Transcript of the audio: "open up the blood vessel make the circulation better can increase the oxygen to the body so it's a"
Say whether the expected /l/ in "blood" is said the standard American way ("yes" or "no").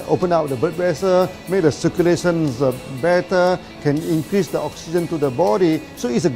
no